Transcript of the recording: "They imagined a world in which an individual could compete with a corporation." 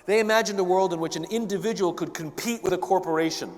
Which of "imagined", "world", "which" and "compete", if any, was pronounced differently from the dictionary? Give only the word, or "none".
none